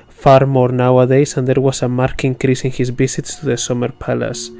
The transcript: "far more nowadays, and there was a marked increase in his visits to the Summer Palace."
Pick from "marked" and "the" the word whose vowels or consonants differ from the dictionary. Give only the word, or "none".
marked